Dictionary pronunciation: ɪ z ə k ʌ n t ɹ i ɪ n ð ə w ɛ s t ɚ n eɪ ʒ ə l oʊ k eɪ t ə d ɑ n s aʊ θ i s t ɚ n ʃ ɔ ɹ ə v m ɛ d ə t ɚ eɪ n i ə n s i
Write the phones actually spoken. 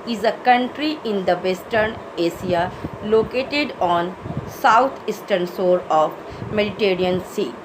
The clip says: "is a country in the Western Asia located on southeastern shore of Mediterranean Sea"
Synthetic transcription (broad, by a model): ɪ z ə k ʌ n t ɹ i ɪ n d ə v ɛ s t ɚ n eɪ s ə l oʊ k eɪ t ə d ɑ n s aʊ t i s t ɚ n s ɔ ɹ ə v m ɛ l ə t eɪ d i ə n s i